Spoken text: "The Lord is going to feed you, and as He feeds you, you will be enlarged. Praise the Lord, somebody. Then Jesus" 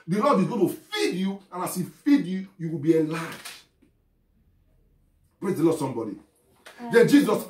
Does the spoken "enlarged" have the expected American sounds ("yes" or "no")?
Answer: no